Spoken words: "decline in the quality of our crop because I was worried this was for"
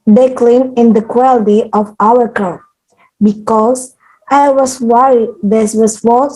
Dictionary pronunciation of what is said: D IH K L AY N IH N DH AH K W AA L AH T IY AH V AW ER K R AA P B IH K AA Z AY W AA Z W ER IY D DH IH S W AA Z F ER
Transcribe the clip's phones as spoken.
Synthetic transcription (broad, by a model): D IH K L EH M IH N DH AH K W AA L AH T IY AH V AW ER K AA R B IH K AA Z AY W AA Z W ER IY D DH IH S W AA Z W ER